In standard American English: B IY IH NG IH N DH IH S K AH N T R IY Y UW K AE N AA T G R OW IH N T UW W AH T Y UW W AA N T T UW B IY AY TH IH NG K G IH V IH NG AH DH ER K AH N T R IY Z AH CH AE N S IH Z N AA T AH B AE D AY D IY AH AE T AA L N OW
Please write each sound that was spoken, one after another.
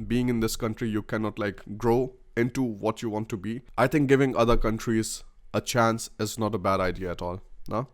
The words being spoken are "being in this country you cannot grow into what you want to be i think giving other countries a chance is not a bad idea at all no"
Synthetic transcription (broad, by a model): B IY IH NG IH N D IH S K AH N T R IY Y UW K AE N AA T G R OW IH N T UW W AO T Y UW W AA N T T UW B IY AY T IH NG K G IH V IH NG AH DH ER K AH N T R IY Z AH CH AE N S IH Z N AA T AH B AE D AY D IY AH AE T AA L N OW